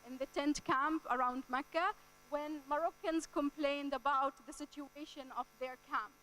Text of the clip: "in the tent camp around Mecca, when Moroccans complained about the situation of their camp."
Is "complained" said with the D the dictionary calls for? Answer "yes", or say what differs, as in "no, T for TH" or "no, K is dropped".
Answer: yes